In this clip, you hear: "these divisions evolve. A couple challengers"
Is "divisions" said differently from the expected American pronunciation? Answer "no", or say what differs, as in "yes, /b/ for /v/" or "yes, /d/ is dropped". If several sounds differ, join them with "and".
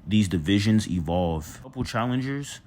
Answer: no